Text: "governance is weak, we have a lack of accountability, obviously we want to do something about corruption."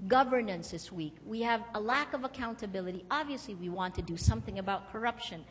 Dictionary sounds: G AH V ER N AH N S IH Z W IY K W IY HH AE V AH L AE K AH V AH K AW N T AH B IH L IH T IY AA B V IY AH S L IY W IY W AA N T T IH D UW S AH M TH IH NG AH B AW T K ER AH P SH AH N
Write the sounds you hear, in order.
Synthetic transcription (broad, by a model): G AH V ER N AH N S IH S W IY K W IY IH V AH L AE K AH V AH K AW N T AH B IH L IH T IY AA B V IY AH S L IY W IY W AA N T T IH D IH S AH M TH IH NG AH B AW T K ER AH P SH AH N